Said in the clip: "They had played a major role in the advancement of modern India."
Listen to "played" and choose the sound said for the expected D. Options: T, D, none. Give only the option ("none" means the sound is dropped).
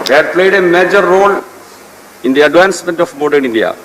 D